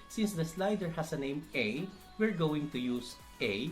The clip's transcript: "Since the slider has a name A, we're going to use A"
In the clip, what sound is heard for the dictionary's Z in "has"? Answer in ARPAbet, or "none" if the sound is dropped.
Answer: S